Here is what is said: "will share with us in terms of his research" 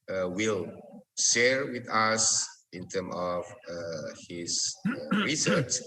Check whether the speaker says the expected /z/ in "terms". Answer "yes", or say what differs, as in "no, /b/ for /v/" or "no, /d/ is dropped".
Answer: no, /z/ is dropped